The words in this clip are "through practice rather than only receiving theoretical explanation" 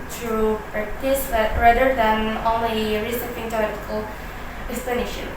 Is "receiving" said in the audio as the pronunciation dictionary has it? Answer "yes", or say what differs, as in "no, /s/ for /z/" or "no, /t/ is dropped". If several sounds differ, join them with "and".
no, /f/ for /v/